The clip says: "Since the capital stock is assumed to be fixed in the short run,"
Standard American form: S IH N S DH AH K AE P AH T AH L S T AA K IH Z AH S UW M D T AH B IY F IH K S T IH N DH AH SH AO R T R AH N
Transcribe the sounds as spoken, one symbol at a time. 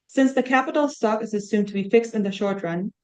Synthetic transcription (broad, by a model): S IH N S DH AH K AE P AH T L S T AA K IH Z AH S UW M T AH B IY F IH K S T IH N DH AH SH AO R T R AH N